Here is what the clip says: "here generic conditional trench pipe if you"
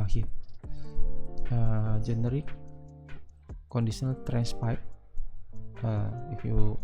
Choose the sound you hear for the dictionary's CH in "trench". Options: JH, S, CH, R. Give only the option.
S